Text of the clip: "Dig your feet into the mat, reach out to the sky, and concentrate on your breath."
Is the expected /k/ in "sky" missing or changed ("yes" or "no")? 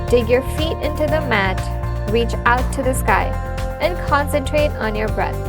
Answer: no